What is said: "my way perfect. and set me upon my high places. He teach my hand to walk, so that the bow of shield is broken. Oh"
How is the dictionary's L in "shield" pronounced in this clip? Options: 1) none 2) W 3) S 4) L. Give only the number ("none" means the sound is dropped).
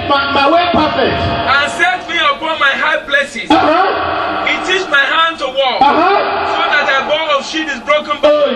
1